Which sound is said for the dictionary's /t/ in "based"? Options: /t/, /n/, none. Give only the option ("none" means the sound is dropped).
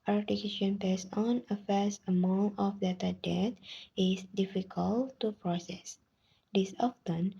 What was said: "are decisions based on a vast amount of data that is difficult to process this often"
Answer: none